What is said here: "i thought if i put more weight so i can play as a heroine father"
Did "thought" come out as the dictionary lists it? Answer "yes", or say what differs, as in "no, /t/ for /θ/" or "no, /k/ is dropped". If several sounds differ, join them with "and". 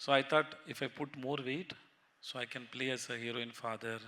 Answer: no, /t/ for /θ/